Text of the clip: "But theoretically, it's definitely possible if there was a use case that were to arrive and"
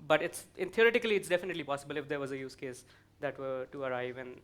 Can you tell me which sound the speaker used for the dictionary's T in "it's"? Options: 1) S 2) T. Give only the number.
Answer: 2